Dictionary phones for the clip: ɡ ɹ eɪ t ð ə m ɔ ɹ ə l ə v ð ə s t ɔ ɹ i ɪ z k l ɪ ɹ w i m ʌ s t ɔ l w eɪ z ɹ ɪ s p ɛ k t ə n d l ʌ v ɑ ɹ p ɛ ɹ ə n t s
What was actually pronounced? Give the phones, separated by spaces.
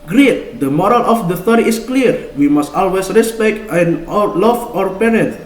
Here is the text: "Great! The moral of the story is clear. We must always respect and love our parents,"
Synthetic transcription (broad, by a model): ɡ ɹ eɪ t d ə m ɔ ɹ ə l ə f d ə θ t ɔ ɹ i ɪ s k l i ɹ w i m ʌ s t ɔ l w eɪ s ɹ ɪ s p ɛ k t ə n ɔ l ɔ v ɑ ɹ p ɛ ɹ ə n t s